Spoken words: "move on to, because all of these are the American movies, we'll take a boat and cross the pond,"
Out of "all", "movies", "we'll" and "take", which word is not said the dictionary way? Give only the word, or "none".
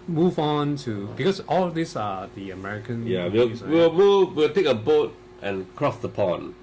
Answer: movies